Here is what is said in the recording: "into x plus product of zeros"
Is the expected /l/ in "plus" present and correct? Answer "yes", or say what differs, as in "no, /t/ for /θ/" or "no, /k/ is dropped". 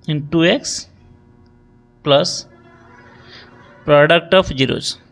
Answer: yes